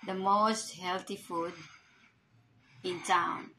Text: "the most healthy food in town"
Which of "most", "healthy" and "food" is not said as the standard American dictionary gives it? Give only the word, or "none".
healthy